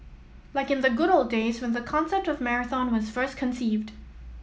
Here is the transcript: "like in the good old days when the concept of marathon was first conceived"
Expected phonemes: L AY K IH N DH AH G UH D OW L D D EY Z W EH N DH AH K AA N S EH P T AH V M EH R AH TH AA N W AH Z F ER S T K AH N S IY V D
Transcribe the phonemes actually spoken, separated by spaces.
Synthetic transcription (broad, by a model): L AY K IH N DH AH G UH D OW L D D EY Z W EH N DH AH K AA N S EH P T AH V M EH R AH TH AA N W AH Z F ER S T K AH N S IY V D